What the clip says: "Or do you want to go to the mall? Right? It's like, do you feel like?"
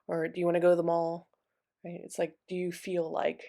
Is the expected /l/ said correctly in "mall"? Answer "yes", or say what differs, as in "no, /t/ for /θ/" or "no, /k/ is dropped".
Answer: yes